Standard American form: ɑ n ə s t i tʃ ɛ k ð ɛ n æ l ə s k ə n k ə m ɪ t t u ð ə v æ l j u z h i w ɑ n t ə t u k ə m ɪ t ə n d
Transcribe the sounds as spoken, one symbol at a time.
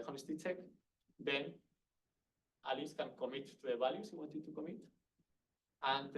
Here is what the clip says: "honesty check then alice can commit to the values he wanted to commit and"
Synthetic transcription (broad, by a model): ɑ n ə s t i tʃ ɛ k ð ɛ n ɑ l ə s k ə n k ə m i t t u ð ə b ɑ l j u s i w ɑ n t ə t u k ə m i t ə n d